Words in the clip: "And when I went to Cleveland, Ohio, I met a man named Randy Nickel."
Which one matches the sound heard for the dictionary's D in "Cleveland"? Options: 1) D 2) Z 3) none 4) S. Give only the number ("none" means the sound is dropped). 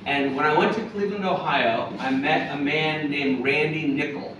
3